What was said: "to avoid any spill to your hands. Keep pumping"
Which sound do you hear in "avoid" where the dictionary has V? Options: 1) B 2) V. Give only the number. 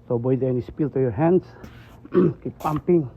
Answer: 1